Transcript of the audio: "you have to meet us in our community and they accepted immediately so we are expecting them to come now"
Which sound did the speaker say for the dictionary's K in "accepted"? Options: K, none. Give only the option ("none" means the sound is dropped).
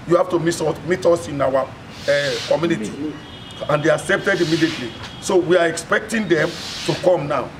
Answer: K